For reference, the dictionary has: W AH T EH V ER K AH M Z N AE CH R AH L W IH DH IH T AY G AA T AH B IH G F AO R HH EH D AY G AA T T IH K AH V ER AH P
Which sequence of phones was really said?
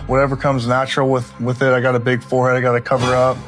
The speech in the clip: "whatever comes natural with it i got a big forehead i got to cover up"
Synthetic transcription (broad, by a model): W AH T EH V ER K AH M Z N AE CH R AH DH W IH DH IH T AY G AA T AH B IH G F AO R HH EH D AY G AA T T IH K AH V ER AH P